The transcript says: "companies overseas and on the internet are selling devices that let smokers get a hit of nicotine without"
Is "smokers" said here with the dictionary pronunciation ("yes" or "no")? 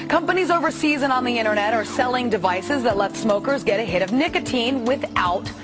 yes